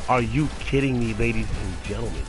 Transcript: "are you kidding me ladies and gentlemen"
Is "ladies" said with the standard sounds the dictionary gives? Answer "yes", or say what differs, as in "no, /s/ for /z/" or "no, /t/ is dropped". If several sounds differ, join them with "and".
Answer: yes